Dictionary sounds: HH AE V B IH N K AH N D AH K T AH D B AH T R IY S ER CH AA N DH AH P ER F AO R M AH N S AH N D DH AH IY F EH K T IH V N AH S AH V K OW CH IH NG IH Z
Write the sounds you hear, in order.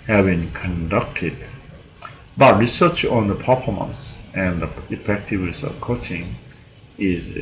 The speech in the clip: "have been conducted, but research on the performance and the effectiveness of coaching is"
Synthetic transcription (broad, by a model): HH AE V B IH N K AH N D AH K T AH D B AH T R IY S ER CH AA N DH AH P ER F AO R M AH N S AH N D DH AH IY F EH K T IH V N AH S AH V K OW CH IH NG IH Z